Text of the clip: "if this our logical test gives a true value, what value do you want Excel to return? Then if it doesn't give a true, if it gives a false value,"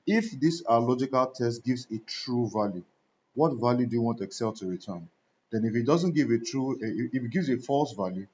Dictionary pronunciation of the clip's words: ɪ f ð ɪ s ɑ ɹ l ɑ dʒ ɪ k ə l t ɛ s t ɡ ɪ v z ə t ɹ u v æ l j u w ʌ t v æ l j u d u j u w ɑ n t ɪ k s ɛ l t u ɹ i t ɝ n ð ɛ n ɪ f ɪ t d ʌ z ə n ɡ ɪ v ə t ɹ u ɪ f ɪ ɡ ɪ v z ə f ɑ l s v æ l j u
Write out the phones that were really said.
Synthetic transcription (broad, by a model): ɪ f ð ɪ s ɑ l ɑ dʒ ɪ k ə l t ɛ s t ɡ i v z ə t ɹ u v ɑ l j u w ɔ t v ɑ l j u d u j u w ɑ n t ɪ k s ɛ l t u ɹ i t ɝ n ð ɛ n ɪ f ɪ t d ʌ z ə n ɡ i v ə t ɹ u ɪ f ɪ ɡ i v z ə f ɑ l s v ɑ l j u